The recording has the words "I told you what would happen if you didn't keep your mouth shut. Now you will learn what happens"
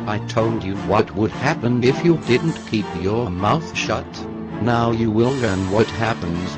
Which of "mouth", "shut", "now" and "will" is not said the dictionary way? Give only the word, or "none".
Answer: none